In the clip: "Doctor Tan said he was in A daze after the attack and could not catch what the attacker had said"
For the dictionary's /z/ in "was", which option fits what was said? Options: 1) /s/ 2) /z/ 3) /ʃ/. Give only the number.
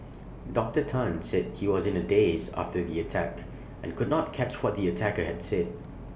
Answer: 2